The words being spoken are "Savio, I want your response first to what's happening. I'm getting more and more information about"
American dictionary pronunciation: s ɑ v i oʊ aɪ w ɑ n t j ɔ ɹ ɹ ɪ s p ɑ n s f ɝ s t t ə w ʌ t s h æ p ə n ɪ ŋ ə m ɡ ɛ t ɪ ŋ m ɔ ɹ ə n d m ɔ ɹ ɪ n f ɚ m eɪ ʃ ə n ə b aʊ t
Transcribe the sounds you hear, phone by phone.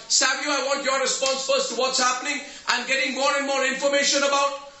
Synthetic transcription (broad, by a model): s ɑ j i aɪ w ɑ n t j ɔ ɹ ɹ ɪ s p ɑ n s f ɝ s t t ə w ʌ t s h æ p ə n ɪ ŋ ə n ɡ ɛ t ɪ ŋ m ɔ ɹ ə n m ɔ ɹ ɪ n f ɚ m eɪ ʃ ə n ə b aʊ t